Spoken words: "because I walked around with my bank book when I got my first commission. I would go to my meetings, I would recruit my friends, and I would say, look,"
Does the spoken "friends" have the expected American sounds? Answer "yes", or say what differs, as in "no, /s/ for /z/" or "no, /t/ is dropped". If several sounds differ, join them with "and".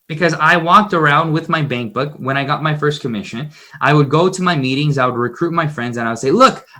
yes